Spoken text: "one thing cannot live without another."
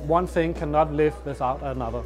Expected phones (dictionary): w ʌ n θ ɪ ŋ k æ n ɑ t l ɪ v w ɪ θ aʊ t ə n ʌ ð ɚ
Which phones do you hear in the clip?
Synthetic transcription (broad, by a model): w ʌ n θ ɪ ŋ k æ n ɑ t l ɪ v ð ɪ s aʊ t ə n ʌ ð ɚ